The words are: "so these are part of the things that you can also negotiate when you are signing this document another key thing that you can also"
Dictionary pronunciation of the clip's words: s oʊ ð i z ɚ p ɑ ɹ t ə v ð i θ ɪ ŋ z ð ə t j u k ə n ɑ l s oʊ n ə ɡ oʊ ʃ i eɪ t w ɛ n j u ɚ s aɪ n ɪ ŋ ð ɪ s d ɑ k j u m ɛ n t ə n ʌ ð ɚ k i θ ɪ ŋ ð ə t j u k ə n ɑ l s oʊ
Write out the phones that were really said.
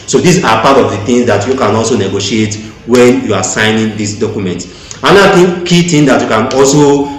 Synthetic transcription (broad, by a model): s oʊ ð i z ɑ p ɑ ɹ t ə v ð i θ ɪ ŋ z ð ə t j u k ə n ɑ l s oʊ n ə ɡ oʊ ʃ i eɪ t w ɛ n j u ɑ s aɪ n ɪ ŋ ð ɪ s d ɑ k j u m ɛ n t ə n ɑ i k i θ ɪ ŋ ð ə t j u k ə n ɑ l s oʊ